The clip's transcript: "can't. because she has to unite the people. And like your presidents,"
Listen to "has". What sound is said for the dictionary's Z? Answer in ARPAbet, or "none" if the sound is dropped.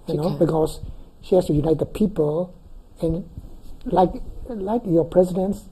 S